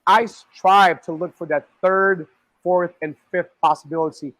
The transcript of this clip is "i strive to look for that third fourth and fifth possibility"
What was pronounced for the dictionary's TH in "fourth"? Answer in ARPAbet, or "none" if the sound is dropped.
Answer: TH